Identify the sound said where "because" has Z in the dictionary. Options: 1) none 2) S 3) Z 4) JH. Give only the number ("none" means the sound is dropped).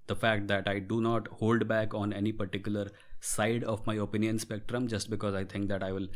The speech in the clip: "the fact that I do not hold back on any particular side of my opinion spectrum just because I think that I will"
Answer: 3